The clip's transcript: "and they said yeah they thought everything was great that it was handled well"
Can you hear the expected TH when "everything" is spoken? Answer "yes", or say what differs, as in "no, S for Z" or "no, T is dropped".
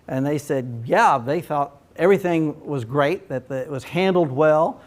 yes